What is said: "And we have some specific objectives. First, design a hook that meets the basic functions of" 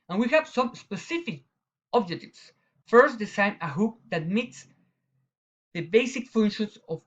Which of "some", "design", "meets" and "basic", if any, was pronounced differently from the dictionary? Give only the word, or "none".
design